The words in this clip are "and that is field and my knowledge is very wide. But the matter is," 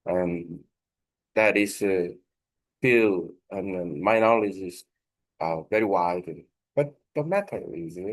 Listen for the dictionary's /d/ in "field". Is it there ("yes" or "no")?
no